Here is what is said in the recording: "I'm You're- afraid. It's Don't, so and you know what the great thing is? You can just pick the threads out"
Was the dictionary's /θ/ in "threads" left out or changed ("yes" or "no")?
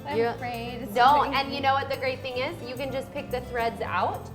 no